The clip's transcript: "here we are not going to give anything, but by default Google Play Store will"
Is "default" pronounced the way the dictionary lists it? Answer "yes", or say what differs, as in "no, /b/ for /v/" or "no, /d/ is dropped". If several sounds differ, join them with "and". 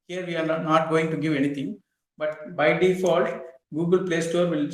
yes